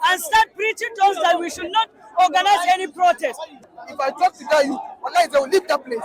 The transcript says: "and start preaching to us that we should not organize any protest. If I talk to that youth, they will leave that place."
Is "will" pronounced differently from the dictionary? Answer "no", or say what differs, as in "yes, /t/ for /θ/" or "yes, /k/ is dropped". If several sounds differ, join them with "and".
yes, /w/ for /l/